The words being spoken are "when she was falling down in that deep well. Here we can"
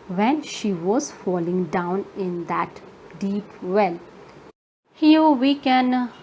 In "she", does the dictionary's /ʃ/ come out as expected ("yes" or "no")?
yes